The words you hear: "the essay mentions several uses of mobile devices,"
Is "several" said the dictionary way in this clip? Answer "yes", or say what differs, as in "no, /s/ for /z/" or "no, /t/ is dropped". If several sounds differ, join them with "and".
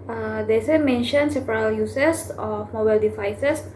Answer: no, /p/ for /v/